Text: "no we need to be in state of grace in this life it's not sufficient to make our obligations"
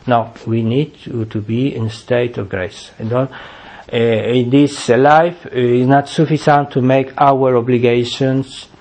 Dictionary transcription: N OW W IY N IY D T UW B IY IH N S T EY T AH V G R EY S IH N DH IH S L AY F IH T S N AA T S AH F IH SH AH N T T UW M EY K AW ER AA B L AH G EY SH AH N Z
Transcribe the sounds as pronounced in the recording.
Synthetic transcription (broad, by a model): N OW W IY N IY D T UW B IY IH N S T EY T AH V G R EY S IH N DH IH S L AY F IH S N AA T S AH F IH S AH N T T UW M EY K AW ER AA B L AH G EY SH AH N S